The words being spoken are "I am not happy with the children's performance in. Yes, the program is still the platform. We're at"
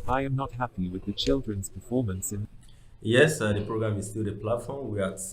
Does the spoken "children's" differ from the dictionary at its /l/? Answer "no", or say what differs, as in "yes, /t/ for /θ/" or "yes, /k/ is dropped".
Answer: no